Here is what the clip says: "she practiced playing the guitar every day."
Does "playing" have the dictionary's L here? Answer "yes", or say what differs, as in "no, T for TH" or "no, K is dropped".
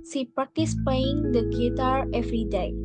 no, L is dropped